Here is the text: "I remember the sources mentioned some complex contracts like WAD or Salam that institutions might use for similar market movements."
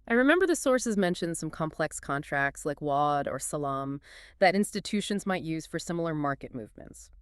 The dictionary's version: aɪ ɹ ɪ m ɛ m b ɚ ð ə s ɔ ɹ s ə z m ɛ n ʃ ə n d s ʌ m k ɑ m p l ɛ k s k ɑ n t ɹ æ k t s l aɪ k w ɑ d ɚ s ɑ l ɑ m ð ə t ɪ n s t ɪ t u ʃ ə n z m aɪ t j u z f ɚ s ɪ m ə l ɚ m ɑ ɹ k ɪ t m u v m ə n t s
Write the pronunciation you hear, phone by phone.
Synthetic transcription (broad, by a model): aɪ ɹ ɪ m ɛ m b ɚ ð ə s ɔ ɹ s ə z m ɛ n ʃ ə n d s ʌ m k ɑ m p l ɛ k s k ɑ n t ɹ æ k t s l aɪ k w ɑ d ɚ s ɑ l ɑ m ð ə t ɪ n s t ɪ t u ʃ ə n z m aɪ t j u z f ɚ s ɪ m l ɚ m ɑ ɹ k ɪ t m u v m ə n t s